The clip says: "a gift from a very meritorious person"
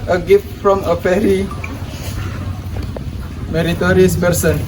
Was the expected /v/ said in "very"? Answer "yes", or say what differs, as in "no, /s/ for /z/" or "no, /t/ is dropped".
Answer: no, /p/ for /v/